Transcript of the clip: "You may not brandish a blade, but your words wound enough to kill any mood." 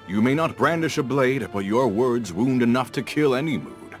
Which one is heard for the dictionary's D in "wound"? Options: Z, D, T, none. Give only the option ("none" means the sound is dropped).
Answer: D